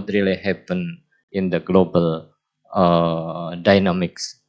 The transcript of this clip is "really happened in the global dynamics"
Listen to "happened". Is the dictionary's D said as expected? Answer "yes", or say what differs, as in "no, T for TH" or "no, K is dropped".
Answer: no, D is dropped